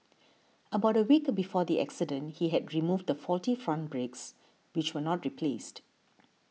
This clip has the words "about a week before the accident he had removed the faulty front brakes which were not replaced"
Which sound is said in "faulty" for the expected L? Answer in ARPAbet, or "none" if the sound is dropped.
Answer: L